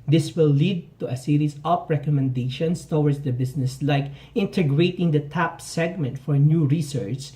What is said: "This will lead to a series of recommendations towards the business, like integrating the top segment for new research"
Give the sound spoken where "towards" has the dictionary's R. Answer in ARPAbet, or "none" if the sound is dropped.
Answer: W